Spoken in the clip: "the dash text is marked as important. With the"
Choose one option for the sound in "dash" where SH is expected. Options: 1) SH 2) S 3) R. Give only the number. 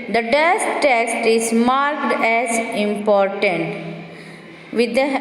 2